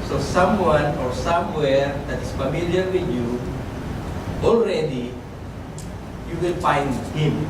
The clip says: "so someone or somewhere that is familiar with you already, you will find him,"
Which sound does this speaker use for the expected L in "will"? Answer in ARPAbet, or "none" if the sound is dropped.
N